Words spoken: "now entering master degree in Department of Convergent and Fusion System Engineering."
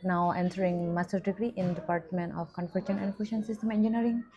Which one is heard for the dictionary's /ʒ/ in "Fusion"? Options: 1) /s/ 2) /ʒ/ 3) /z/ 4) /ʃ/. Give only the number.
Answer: 4